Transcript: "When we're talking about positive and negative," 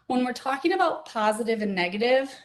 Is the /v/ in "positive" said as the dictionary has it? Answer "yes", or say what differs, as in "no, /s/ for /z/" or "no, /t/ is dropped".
yes